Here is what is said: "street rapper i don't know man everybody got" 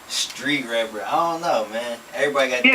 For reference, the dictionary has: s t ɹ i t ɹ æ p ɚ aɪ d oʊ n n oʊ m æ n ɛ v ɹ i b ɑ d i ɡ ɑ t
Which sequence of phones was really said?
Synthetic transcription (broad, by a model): s t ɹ i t ɹ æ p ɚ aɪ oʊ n n oʊ m æ n ɛ v ɹ i b ɑ d i ɡ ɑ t